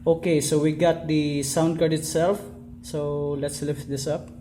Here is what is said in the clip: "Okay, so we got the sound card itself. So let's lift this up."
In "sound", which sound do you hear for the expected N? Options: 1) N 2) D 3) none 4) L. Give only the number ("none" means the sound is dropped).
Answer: 1